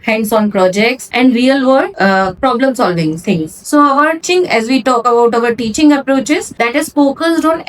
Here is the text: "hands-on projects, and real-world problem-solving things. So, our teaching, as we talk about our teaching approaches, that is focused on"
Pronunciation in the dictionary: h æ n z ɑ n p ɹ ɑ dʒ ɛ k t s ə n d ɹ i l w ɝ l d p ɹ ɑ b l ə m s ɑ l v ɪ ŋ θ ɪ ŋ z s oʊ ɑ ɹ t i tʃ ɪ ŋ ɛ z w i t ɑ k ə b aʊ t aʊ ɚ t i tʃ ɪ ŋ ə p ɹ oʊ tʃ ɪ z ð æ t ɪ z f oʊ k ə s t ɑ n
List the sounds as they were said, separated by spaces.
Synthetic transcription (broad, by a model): h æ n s ɑ n p ɹ ɑ dʒ ɛ k t s ə n d ɹ i l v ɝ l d p ɹ ɑ b l ə m s ɑ l v ɪ ŋ t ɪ ŋ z s oʊ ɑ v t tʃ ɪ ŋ ɛ z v i t ɑ k ə b aʊ t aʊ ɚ t i tʃ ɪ ŋ ə p ɹ oʊ tʃ ɪ z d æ t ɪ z p oʊ k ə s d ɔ n